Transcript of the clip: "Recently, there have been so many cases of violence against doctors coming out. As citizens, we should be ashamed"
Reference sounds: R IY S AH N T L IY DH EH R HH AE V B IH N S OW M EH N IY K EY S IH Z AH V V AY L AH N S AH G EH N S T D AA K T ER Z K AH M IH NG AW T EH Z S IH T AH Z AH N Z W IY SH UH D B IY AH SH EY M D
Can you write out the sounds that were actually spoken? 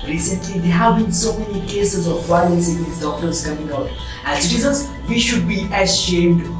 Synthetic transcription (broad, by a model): R IY S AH N T L IY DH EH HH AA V B IH N S OW M EH N IY K EY S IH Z AH V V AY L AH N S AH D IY S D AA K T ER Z K AH M IH NG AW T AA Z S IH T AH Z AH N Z W IY SH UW D B IY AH SH EY M D